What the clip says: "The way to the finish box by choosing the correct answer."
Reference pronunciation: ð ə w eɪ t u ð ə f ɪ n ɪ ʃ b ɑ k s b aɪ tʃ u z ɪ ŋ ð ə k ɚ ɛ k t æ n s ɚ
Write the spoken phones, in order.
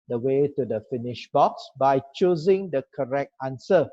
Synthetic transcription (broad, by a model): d ə w eɪ t u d ə f ɪ n ɪ ʃ b ɑ k s b aɪ tʃ u z ɪ ŋ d ə k ɚ ɛ k t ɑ n s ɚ